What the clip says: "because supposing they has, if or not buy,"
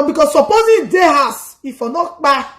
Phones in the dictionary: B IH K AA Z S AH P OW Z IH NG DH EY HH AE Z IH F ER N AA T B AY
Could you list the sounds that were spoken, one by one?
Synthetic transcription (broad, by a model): B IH K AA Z S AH P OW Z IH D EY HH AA S IH F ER N AA T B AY